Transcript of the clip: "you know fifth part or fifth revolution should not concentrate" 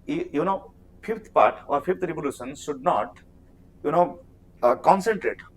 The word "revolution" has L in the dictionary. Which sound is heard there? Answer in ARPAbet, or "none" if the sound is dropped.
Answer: L